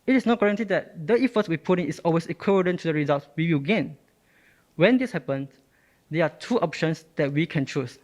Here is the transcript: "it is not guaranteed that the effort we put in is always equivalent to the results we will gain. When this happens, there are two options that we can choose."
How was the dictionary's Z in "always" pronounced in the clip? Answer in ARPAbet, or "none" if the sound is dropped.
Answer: S